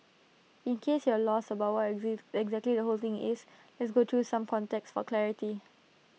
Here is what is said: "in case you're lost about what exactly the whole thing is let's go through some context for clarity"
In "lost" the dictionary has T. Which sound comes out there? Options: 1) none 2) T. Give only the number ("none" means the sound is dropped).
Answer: 1